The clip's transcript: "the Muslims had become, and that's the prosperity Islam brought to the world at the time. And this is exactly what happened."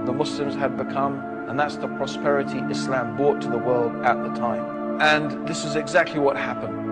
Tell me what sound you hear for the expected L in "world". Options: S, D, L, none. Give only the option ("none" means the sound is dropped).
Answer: L